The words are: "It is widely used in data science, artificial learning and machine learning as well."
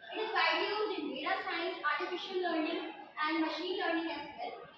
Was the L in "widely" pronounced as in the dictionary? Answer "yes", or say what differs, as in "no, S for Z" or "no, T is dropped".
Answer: no, L is dropped